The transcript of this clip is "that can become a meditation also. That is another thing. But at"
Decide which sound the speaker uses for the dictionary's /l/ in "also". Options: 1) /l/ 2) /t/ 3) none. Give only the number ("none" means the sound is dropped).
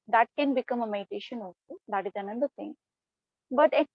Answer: 3